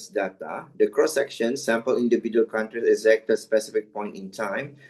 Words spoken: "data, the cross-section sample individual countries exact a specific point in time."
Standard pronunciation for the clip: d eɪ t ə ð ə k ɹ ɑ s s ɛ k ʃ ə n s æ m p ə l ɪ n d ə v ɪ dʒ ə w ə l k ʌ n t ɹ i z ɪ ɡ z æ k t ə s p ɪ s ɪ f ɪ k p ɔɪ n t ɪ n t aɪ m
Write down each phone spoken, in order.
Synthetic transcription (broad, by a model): d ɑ t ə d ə k ɹ ɑ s s ɛ k ʃ ə n s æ m p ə l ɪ n d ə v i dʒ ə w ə l k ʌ n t ɹ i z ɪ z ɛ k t ə s p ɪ s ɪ f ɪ k p ɔɪ n t ɪ n t aɪ m